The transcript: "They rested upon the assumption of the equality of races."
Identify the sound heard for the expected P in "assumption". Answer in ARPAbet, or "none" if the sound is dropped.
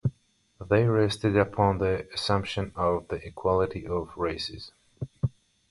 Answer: P